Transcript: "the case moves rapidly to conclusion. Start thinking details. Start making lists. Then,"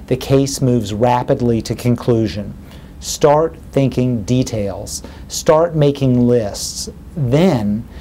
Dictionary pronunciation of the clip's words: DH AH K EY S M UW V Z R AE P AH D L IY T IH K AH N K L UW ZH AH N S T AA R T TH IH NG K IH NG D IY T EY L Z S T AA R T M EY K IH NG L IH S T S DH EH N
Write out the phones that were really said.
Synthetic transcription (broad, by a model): DH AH K EY S M UW V Z R AE P AH D L IY T IH K AH N K L UW ZH AH N S T AA R T TH IH NG K IH NG D IY T EY L Z S T AA R T M EY K IH NG L IH S T S DH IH N